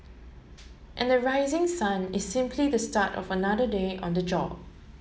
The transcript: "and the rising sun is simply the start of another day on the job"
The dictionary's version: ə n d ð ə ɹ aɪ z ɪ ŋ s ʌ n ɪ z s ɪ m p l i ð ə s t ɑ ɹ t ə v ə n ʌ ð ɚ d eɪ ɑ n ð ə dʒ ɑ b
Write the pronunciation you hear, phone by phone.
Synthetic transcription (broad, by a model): ə n d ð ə ɹ aɪ z ɪ ŋ s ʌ n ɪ s ɪ m p l i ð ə s t ɑ t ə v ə n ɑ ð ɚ d eɪ ɑ n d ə dʒ ɑ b